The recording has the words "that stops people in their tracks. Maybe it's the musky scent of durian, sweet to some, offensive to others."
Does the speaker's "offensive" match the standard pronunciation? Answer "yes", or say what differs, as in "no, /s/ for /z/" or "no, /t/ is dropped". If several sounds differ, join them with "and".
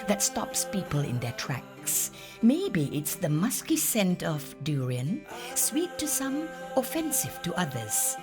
yes